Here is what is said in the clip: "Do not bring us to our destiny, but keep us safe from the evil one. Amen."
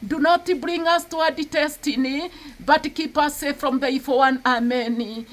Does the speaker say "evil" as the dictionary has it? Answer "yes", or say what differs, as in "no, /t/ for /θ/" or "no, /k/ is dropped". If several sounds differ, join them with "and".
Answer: no, /f/ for /v/